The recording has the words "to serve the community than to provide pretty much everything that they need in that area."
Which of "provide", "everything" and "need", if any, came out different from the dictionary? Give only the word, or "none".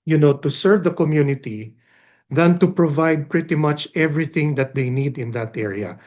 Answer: none